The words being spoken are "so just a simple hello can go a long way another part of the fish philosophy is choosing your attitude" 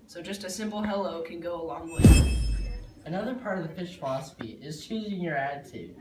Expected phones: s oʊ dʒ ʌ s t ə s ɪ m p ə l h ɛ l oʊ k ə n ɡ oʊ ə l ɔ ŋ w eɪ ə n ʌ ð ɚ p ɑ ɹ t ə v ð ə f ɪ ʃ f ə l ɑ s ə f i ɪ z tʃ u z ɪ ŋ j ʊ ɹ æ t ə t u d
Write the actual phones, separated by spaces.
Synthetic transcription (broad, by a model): s oʊ dʒ ʌ s t ə s ɪ m p l h ɛ l oʊ k ə n ɡ oʊ ə l ɔ ŋ w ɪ ə n ʌ ð ɚ p ɑ ɹ t ə v ð ə p ɪ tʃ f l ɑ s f i ɪ z tʃ u z ɪ ŋ j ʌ ɹ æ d t u